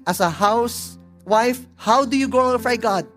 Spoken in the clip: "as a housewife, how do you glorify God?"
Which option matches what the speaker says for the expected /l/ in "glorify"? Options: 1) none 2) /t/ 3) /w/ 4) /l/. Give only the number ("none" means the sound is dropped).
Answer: 1